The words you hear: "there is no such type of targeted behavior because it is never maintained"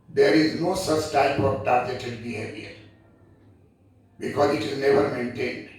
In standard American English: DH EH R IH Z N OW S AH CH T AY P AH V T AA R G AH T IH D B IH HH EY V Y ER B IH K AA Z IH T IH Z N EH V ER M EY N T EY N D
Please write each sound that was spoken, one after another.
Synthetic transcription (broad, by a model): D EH R IH Z N OW S AH CH T AY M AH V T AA R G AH T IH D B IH HH EY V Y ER B IH K AA Z IH T IH Z N EH V ER M EY N T EY N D